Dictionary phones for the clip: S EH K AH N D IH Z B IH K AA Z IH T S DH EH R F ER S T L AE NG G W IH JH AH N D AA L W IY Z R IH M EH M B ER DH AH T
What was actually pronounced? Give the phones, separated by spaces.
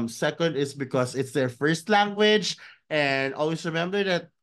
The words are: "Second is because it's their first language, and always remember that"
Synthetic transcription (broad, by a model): S EH K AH N D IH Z B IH K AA S IH T S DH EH R F ER S T L AE NG G W IH JH AH N D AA L W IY S R IH M EH M B ER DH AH T